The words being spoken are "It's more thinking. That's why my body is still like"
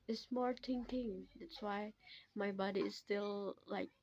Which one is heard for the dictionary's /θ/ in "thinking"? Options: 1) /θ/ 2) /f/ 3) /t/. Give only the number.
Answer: 3